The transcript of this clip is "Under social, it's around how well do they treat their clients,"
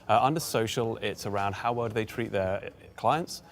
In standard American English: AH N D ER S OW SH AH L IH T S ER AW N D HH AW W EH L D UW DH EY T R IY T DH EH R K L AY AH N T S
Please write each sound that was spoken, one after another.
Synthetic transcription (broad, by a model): AH N D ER S OW SH AH L IH T S ER AW N D HH AW W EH D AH DH EY T R IY T DH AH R K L AY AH N T S